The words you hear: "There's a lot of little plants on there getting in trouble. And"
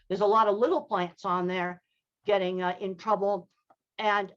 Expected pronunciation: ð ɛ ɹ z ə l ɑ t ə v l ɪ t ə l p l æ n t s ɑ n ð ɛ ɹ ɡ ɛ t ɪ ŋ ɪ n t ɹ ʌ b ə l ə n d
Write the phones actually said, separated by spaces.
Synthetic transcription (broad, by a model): ð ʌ ɹ z ə l ɑ t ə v l ɪ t l p l æ n t s n ð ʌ ɹ ɡ ɛ t ɪ ŋ ɪ n t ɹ ʌ b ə l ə n